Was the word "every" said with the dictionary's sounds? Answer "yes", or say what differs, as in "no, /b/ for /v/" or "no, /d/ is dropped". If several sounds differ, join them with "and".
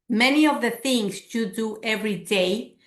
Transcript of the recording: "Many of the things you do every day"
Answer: yes